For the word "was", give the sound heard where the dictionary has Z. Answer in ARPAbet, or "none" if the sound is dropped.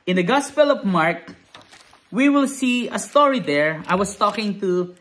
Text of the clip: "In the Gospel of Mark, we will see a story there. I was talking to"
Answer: S